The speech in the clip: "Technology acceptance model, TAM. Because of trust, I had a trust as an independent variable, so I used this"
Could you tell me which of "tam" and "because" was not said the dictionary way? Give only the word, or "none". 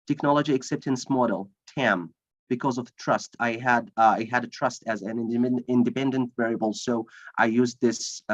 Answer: none